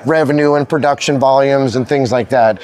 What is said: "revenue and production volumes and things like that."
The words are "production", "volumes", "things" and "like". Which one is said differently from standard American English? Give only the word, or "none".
none